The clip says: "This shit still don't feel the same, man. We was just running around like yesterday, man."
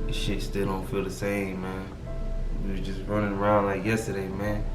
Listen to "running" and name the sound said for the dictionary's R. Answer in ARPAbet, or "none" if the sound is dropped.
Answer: R